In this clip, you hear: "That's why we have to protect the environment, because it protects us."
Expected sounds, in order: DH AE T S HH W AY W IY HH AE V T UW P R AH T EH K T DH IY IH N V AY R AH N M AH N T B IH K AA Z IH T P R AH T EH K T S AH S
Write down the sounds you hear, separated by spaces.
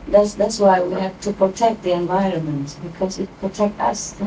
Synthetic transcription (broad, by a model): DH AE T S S W AY W IY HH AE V T UW P R AH T EH K T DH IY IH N V AY R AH N M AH N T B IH K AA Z IH T P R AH T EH K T AH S